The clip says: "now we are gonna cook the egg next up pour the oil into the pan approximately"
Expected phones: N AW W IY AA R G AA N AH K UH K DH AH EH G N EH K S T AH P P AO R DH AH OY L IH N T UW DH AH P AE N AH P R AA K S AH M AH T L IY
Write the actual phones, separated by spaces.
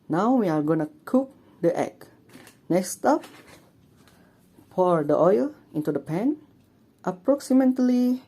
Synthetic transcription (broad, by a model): N AW W IY AA R G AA N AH K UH K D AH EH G N EH K S T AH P F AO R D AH OY L IH N T UW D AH P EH N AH P R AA K S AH M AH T L IY